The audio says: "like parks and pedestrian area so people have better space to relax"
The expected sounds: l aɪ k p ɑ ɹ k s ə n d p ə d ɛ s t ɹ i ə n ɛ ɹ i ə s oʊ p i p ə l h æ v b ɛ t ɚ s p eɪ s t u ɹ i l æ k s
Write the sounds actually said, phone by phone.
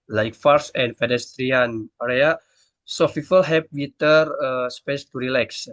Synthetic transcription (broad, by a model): l aɪ k f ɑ ɹ s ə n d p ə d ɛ s t ɹ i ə n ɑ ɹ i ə s oʊ f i f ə l h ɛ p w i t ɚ s p eɪ s t u ɹ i l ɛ k s